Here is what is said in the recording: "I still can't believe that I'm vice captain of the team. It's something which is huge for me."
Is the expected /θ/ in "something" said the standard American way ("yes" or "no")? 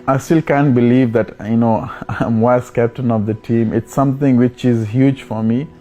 no